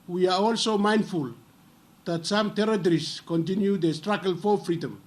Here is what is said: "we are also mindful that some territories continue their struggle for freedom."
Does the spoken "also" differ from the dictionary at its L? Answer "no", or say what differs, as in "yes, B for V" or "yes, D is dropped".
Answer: no